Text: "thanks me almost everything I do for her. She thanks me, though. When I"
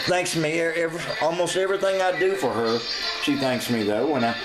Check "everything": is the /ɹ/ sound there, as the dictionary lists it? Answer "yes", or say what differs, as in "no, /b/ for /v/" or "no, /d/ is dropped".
yes